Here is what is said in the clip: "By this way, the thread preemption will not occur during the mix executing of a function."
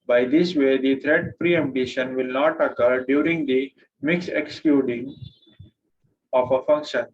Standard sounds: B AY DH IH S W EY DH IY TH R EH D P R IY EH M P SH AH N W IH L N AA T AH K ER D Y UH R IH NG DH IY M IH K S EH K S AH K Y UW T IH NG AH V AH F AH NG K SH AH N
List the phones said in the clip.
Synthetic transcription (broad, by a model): B AY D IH S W EY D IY T R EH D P R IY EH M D SH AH N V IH L N AA T AH K ER D Y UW R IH NG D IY M IH K S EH K S K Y UW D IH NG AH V AH F AH NG K SH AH N